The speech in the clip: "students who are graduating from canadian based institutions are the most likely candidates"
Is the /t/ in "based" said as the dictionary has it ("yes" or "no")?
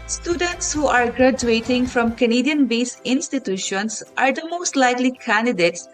no